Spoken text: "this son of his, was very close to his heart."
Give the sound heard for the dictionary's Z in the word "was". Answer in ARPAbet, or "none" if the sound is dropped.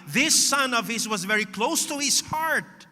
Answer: Z